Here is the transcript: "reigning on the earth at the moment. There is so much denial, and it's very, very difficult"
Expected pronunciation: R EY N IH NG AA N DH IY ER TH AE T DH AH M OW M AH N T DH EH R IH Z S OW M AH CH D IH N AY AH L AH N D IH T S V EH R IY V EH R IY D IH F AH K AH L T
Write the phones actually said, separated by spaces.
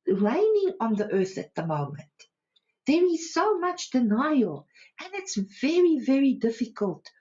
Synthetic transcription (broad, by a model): R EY N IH NG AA N DH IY ER TH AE T DH AH M OW M AH N T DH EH R IH Z S OW M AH CH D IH N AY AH L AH N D IH T S V EH R IY V EH R IY D IH F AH K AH L T